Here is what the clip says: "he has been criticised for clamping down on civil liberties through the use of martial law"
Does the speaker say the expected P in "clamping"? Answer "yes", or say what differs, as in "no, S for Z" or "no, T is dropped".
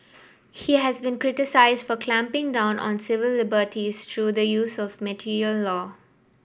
yes